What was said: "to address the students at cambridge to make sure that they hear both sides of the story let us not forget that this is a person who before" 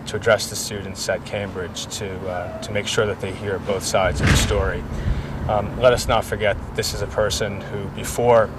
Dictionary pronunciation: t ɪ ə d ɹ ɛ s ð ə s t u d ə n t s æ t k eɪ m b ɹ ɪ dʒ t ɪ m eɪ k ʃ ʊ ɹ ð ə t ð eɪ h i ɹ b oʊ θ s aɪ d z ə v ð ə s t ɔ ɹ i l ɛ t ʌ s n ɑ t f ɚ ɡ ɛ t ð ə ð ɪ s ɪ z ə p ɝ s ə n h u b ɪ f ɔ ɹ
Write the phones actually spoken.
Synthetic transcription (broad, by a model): t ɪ ə d ɹ ɛ s ð ə s t u d n t s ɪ t k eɪ m b ɹ ɪ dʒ t ɪ m eɪ k ʃ ʊ ɹ ð ə t ð eɪ h i ɹ b oʊ θ s aɪ d z ə v ð ə s t ɔ ɹ i l ɛ t ʌ s n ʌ t f ɚ ɡ ɛ t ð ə ð ɪ s ɪ z ə p ɝ s ə n h u b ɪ f ɔ ɹ